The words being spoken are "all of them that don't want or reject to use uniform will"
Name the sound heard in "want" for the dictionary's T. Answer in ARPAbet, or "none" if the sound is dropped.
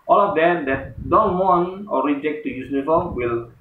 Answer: none